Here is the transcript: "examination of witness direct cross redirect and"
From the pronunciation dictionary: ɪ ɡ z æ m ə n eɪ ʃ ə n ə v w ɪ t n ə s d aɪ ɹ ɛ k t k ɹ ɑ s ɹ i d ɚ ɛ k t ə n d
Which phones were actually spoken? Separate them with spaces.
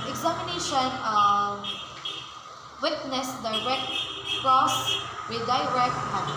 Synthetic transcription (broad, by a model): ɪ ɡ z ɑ m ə n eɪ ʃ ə n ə w ɪ t n ə s d aɪ ɹ ɛ k t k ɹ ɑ s w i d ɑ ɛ k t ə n